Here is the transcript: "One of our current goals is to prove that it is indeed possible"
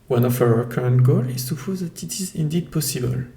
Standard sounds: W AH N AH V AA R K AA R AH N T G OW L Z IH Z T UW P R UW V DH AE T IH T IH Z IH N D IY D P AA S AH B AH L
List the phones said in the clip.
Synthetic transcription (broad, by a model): W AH N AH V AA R K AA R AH N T G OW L IH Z S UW P AO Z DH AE T IH T IH Z IH N D IY D P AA S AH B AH L